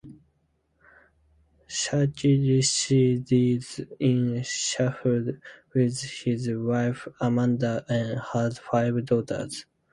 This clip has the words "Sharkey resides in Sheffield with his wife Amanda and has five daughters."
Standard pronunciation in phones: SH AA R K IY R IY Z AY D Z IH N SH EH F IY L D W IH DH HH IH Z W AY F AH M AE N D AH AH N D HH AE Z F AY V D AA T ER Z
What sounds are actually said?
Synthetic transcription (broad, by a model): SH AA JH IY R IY S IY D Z IH N SH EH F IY D W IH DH HH IH Z W AY F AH M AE N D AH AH N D HH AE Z F AY V D AA T ER Z